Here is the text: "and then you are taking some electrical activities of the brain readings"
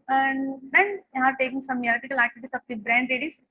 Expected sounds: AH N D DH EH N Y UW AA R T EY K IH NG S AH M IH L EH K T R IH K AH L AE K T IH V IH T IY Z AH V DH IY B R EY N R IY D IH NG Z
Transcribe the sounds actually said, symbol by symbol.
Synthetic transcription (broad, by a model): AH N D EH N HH AA R T EY K IH NG S AH M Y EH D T IH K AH L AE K T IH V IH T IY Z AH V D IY B R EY N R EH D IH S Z